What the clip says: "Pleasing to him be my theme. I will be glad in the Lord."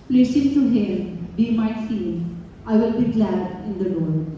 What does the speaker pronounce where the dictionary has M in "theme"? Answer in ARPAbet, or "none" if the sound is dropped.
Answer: none